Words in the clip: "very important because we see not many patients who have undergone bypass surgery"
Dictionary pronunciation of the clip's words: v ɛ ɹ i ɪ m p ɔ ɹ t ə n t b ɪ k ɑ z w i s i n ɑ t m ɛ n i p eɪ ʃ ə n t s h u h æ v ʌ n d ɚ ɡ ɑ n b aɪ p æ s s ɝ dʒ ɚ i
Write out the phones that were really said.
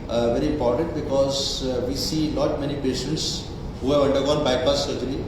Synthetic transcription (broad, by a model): v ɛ ɹ i ɪ m p ɔ ɹ t ə n t b ɪ k ɑ z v i s i l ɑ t m ɛ n i p eɪ ʃ ə n t s h u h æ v ʌ n d ɚ ɡ ɑ n b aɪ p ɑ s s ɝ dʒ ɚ i